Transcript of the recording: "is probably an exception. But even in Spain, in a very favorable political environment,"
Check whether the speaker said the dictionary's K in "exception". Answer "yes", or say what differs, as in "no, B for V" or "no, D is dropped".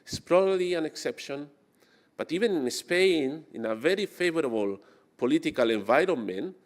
yes